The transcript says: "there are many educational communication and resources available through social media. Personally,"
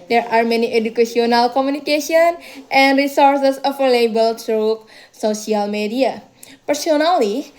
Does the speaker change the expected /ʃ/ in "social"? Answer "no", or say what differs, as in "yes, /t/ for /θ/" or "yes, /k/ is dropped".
yes, /s/ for /ʃ/